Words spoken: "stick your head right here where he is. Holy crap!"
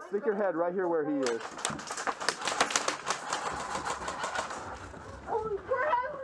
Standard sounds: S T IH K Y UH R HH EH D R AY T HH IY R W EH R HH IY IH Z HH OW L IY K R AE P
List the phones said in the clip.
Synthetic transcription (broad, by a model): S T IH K Y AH R HH EH D R AY T HH IY R W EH R HH IY IH Z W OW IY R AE